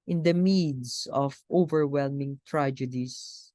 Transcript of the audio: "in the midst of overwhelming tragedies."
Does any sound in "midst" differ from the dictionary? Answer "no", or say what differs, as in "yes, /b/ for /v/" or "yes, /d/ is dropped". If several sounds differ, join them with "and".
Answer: yes, /t/ is dropped